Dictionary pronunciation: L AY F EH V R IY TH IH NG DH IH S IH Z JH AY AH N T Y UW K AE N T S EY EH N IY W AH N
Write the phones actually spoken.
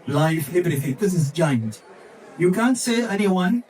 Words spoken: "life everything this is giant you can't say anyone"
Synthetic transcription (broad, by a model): L AY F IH B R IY T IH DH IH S IH Z JH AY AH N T Y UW K AE N T S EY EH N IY W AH N